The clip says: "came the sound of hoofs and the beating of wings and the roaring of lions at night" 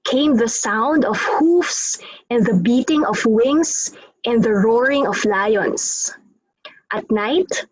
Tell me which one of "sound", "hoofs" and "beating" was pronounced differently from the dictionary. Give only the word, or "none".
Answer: none